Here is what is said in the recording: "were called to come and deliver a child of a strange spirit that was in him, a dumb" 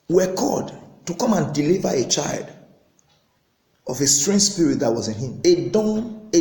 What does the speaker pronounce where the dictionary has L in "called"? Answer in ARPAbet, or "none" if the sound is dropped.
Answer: none